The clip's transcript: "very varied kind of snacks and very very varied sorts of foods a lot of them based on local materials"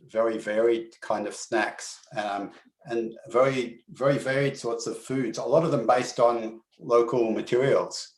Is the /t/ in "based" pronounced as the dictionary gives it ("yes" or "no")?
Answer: yes